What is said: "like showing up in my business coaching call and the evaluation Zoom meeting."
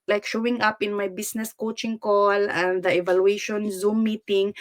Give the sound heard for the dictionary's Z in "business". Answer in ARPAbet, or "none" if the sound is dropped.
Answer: S